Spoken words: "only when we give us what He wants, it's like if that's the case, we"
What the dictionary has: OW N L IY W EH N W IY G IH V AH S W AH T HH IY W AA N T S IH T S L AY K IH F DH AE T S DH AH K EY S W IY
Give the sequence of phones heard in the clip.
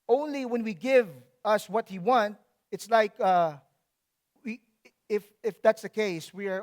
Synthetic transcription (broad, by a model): OW N L IY W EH N W IY G IH V AH S W AH T HH IY W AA N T IH T S L AY K IH F DH AE T S DH AH K EY S W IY